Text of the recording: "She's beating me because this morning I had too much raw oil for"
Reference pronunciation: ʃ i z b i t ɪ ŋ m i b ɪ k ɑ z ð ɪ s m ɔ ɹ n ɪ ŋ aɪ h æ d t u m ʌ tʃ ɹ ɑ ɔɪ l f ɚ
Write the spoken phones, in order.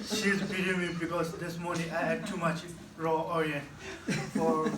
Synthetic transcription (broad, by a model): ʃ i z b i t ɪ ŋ m i b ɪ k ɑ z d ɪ s m ɔ ɹ n ɪ ŋ aɪ h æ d t u m ʌ tʃ ɹ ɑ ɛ n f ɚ